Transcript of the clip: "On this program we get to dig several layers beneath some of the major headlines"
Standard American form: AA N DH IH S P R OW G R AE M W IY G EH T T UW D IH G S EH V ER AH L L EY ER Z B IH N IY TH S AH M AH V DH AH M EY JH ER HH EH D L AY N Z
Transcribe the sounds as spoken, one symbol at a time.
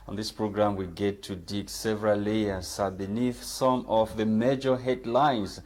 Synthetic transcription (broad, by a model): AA N DH IH S P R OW G R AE M W IY G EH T T UW D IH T S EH V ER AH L L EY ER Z B IH N IY TH S AH M AH V DH AH M EY JH ER HH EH D L AY N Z